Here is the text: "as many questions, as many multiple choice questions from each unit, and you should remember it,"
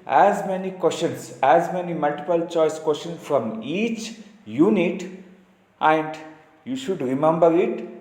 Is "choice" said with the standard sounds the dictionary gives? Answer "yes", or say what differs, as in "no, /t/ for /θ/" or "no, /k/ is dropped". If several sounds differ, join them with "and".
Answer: yes